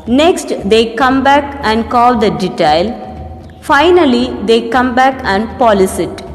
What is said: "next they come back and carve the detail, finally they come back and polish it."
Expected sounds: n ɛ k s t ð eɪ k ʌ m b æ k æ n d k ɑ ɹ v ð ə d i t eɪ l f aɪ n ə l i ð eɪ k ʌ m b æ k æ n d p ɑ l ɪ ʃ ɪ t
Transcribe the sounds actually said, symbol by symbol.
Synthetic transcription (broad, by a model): n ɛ k s t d eɪ k ʌ m b æ k æ n d k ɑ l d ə d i t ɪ l f aɪ n ə l i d eɪ k ʌ m b æ k æ n d p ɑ l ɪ s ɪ t